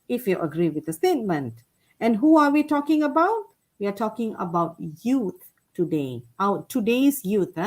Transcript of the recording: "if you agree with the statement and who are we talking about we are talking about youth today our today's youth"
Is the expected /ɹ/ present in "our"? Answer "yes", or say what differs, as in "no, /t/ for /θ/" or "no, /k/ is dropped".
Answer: no, /w/ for /ɹ/